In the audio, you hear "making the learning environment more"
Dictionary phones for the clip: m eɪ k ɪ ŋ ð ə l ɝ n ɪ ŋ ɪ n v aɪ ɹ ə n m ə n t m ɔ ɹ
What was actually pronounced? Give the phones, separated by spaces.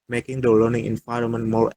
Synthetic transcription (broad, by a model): m eɪ k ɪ ŋ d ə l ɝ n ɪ ŋ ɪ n f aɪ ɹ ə m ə n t m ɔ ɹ